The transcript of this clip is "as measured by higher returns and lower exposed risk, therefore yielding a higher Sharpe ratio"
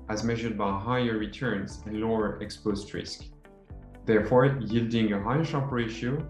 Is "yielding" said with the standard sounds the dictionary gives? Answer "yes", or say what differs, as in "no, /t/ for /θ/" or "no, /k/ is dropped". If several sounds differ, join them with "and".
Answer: yes